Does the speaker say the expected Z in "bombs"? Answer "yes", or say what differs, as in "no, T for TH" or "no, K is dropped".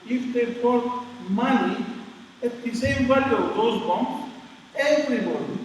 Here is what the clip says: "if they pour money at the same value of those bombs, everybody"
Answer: no, Z is dropped